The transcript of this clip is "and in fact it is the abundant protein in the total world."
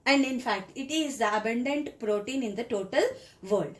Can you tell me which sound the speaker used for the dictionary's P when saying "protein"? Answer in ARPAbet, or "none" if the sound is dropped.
P